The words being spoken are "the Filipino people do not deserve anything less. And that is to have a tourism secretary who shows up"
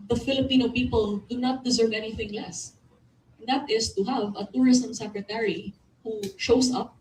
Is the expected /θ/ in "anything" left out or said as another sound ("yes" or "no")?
no